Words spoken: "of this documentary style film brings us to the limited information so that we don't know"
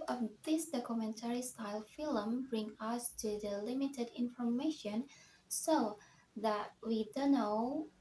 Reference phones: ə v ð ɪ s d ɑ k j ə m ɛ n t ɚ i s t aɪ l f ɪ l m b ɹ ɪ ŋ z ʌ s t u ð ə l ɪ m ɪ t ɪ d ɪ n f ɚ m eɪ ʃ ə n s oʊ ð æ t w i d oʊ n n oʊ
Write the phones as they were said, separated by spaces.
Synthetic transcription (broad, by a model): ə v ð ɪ s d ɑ k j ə m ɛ n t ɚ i s t aɪ l f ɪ l m b ɹ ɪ ŋ ʌ s t u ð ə l ɪ m ɪ t ɪ d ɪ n f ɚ m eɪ ʃ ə n s oʊ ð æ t w i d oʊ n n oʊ